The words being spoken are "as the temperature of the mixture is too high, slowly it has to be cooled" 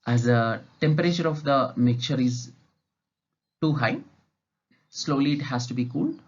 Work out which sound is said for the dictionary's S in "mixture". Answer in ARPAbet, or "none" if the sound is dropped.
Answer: none